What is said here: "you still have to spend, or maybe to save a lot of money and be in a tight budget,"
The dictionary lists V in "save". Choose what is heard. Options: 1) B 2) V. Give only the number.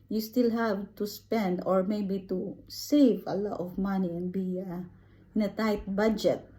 2